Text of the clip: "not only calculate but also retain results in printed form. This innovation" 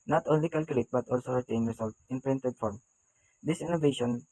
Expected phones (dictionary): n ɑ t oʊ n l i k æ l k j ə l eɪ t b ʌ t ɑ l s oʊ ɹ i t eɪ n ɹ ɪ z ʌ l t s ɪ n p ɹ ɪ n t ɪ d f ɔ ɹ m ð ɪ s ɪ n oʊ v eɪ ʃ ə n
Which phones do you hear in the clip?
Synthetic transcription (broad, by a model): n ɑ t oʊ n l i k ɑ l k j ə l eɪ t b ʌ t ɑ l s oʊ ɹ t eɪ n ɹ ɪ s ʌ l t ɪ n p ɹ ɪ n t ɪ d f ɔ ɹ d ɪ s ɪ n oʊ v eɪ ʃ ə n